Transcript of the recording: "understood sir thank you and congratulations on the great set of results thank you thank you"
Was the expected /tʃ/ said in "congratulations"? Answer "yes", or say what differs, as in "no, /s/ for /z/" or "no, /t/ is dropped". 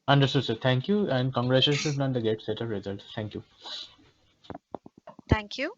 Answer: no, /ʃ/ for /tʃ/